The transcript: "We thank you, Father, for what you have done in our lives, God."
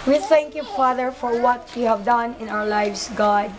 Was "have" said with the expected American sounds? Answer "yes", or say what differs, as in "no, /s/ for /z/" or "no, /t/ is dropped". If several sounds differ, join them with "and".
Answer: yes